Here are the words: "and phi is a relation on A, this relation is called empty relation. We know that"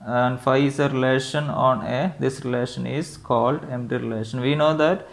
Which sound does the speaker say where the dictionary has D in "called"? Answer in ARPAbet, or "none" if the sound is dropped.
D